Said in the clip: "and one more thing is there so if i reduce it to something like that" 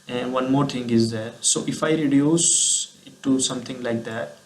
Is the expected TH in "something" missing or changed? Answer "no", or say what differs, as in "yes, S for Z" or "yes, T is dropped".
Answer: yes, T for TH